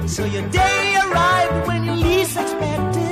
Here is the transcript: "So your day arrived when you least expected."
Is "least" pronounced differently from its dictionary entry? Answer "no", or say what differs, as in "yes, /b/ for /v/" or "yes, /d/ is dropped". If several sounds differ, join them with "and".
yes, /t/ is dropped